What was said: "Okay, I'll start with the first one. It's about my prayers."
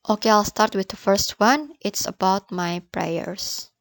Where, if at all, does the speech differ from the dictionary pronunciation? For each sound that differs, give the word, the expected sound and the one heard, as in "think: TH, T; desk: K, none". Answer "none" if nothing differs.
none